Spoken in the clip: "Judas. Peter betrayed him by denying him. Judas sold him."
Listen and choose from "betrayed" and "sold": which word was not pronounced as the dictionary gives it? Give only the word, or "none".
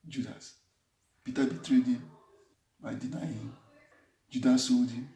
sold